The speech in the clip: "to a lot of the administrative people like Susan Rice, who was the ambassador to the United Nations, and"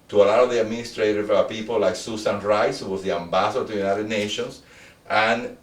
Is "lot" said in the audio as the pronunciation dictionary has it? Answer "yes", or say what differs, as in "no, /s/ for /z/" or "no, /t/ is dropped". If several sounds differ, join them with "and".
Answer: no, /t/ is dropped